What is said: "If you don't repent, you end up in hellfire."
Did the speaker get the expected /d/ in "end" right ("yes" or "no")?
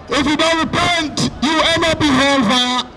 no